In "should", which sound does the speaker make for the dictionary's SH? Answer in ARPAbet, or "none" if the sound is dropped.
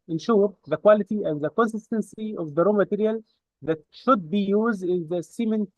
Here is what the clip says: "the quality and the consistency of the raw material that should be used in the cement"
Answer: SH